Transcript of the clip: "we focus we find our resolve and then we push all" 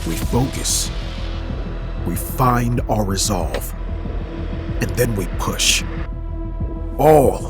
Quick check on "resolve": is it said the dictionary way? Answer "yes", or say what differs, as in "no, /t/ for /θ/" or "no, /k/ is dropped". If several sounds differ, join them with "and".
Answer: yes